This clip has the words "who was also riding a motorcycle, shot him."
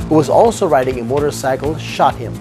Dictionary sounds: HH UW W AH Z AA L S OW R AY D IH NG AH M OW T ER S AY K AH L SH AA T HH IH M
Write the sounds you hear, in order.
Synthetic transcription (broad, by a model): HH UW W AH Z AA L S OW R AY D IH NG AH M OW T ER S AY K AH L SH AA T HH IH M